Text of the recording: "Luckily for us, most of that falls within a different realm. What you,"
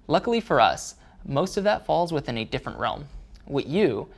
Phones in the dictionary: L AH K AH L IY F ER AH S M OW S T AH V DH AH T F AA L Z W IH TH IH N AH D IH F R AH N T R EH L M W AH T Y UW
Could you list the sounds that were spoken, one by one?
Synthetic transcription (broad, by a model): L AH K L IY F ER AH S M OW S T AH V DH AH T F AA L Z W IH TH IH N AH D IH F R AH N T R EH L M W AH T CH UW